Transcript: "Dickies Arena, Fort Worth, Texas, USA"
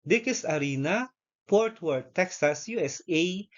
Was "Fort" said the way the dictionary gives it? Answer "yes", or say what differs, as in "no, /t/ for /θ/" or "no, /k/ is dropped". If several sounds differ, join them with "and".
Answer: no, /p/ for /f/